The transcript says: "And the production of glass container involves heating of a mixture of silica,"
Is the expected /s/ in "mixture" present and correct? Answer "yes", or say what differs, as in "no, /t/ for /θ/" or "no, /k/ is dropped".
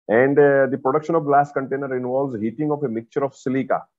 no, /s/ is dropped